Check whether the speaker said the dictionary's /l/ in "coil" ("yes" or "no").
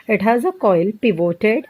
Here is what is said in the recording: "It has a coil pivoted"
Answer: yes